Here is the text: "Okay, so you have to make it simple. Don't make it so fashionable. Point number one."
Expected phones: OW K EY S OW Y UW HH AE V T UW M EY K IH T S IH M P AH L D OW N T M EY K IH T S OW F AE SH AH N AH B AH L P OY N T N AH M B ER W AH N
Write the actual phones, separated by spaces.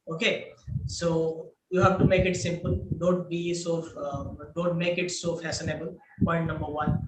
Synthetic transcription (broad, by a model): OW K EY S OW Y UW HH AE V T UW M EY K IH T S IH M P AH L D OW N T M EY K IH T S OW F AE S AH N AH B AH L P OY N T N AH M B ER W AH N